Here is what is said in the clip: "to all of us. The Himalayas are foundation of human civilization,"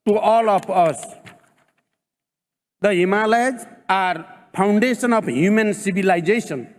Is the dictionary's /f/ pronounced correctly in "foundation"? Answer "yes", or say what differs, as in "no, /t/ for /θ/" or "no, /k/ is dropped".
no, /p/ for /f/